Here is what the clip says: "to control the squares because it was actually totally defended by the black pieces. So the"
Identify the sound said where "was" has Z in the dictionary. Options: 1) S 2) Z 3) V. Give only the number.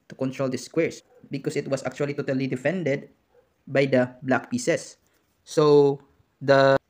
1